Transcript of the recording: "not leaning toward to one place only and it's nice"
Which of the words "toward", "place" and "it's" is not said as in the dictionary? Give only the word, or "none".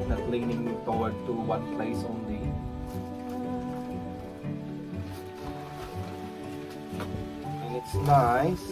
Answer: toward